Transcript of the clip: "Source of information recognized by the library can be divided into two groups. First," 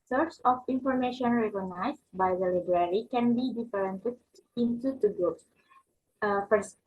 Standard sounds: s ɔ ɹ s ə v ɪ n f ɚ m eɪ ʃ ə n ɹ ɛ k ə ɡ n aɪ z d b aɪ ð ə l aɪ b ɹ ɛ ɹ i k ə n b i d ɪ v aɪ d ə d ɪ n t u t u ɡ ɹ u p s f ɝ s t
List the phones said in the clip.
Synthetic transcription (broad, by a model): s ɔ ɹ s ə f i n f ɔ m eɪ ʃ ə n ɹ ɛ k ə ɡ n aɪ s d b aɪ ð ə l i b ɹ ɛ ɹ i k ə n b i d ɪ f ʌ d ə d ɪ n t u t u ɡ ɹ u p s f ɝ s